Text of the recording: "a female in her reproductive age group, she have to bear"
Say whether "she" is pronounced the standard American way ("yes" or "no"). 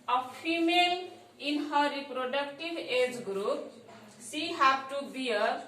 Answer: no